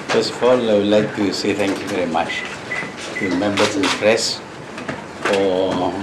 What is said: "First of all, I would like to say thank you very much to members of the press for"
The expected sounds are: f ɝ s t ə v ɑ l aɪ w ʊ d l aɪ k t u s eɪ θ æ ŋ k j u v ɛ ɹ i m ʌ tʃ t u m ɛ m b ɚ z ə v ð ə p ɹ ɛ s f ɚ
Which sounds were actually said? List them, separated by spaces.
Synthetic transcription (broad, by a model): f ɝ s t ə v ɑ l aɪ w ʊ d l aɪ k t u s eɪ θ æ ŋ k j u v ɛ ɹ i m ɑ tʃ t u m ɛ m b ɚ ə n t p ɹ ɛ s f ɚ